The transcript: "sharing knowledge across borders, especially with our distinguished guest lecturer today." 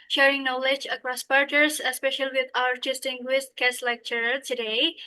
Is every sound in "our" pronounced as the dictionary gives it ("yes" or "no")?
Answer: yes